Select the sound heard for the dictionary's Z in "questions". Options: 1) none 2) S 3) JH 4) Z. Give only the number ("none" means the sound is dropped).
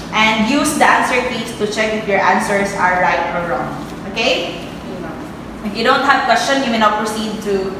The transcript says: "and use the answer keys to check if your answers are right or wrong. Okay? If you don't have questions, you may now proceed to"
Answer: 1